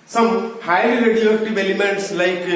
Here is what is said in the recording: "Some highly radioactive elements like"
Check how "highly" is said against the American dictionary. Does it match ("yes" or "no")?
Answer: no